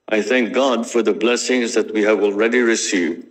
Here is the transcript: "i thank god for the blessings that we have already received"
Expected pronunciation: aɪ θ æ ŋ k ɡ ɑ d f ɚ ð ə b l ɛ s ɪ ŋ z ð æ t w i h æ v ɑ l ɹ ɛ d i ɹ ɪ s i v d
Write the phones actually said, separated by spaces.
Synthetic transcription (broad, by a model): aɪ θ æ ŋ k ɡ ɑ d f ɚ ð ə b l ɛ s ɪ ŋ z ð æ t w i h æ v ɑ l ɹ ɛ d i ɹ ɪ s i v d